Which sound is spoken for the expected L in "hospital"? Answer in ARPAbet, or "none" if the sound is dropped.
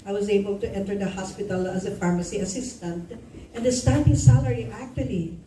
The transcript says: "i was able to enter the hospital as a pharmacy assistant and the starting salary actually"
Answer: L